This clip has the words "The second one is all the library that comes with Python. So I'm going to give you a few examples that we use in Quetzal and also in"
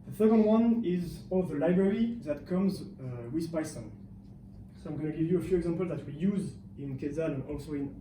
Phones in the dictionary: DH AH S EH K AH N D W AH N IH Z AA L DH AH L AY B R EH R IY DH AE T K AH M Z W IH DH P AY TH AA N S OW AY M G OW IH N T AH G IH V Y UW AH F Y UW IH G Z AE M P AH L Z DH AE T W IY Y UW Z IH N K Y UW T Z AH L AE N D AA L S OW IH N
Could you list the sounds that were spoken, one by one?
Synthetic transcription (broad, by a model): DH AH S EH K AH N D W AH N IH Z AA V DH AH L AY B R EH R IY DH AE T K AH M Z W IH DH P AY S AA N S OW AY M G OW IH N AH G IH V Y UW AH F Y UW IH G Z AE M P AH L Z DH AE T W IY Y UW Z IH N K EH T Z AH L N AA L S OW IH N